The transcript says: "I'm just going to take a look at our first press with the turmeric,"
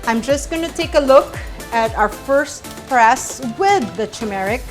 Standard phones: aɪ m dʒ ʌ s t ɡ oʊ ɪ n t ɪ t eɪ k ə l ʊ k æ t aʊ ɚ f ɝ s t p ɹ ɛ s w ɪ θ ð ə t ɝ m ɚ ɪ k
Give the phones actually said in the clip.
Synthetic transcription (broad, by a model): aɪ m dʒ ʌ s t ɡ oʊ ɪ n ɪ t eɪ k ə l ʊ k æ t aʊ ɚ f ɝ s t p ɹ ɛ s w ɪ ð ə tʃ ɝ m ɚ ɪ k